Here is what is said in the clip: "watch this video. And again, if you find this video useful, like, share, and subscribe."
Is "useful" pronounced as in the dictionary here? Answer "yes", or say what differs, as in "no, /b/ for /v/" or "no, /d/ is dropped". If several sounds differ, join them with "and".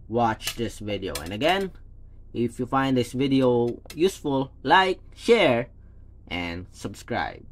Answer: yes